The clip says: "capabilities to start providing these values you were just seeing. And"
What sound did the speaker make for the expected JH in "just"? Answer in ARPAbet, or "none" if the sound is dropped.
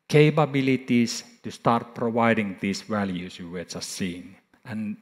CH